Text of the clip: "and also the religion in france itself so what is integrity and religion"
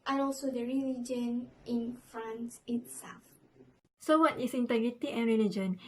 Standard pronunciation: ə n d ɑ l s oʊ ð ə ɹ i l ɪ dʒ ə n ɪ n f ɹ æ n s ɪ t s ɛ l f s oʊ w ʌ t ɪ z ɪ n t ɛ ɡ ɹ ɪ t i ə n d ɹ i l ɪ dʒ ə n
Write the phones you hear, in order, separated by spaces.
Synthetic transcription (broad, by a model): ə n ɑ l s oʊ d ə ɹ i l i dʒ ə n ɪ n f ɹ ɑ n s ɪ t s ɛ l f s oʊ w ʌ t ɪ s ɪ n t ɛ ɡ ɹ ɪ t i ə n ɹ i l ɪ dʒ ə n